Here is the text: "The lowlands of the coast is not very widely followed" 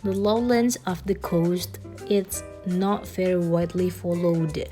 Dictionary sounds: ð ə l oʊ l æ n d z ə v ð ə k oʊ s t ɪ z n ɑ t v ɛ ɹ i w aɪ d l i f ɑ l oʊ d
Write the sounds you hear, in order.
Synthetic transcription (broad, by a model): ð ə l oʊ l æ n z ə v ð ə k oʊ s t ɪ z n ɑ t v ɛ ɹ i w aɪ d l i f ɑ l oʊ d